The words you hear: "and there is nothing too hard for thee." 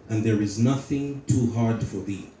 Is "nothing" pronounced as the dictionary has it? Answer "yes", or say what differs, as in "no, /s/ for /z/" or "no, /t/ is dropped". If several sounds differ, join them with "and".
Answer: yes